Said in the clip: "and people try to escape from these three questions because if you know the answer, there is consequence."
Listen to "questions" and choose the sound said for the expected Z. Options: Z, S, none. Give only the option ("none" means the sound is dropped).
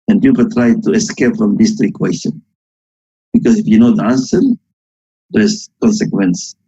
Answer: none